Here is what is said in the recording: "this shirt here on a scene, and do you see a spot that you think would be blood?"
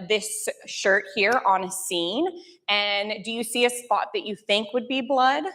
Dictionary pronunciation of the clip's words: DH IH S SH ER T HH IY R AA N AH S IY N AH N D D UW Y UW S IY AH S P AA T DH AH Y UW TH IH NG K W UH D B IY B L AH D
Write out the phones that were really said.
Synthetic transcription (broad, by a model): DH IH S SH ER T HH IY R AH N AH S IY N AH N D D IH Y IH S IY AH S P AA T DH AH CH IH TH IH NG K W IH D B IY B L AH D